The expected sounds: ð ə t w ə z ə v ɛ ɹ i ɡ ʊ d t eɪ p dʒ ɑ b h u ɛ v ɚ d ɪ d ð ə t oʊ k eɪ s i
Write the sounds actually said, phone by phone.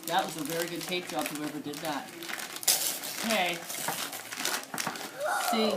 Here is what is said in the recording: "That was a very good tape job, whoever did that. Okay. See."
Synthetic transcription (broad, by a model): ð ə t w ə z ə v ɛ ɹ i ɡ ʊ d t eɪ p ʒ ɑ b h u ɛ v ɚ d ɪ d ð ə t oʊ k eɪ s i